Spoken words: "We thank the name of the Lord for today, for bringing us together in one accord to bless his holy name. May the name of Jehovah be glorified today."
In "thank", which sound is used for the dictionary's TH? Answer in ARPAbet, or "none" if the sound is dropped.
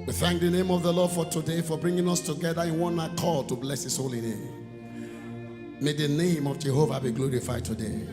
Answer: TH